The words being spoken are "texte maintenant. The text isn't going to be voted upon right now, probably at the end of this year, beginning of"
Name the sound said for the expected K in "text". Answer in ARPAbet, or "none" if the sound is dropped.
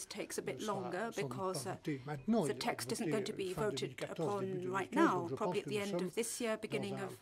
K